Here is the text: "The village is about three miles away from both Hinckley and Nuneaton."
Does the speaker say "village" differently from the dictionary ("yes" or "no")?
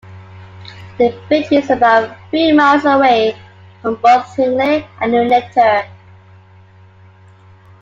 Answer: yes